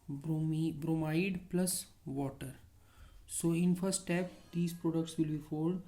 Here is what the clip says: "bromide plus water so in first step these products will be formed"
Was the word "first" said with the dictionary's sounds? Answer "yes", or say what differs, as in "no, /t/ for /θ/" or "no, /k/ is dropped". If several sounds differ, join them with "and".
no, /s/ is dropped